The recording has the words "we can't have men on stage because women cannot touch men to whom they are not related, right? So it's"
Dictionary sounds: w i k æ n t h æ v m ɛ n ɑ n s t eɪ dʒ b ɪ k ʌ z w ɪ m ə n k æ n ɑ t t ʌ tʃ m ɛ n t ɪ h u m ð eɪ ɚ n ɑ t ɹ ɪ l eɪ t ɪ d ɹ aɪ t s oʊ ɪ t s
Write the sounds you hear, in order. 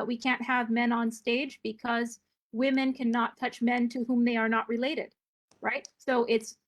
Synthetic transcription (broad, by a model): w i k æ n t h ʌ v m ɛ n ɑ n s t eɪ dʒ b ɪ k ʌ z w ɪ m ə n k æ n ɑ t t ʌ tʃ m ɛ n t ɪ h u m ð eɪ ɚ n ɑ t ɹ ɪ l eɪ t ɪ d ɹ aɪ t s oʊ ɪ t s